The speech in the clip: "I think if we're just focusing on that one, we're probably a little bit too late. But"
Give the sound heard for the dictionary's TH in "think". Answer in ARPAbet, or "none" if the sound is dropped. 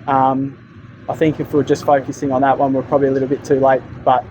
TH